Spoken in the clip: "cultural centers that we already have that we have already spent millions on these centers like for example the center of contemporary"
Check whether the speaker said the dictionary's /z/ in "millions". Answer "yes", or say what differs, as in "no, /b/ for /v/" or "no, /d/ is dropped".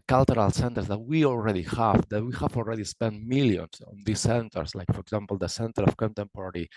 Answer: no, /s/ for /z/